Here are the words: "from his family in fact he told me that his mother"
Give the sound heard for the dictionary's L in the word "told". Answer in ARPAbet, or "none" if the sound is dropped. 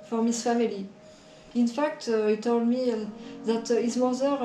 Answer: L